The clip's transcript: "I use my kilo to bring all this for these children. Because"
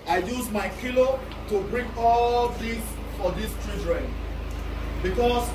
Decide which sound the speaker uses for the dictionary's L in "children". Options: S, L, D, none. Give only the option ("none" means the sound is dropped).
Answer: none